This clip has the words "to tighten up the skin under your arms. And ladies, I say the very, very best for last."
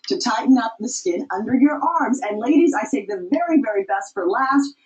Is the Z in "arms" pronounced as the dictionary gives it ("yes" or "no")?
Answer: yes